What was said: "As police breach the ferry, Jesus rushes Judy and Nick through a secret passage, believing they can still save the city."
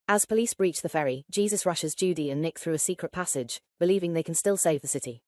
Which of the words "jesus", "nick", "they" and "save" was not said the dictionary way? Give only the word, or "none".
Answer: none